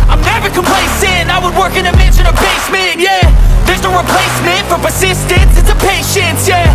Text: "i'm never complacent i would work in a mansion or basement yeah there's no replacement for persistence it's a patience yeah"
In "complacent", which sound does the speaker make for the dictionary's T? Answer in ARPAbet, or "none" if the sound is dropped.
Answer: none